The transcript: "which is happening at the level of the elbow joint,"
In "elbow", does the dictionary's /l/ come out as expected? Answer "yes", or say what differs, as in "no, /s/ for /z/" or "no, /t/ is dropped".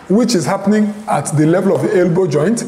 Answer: yes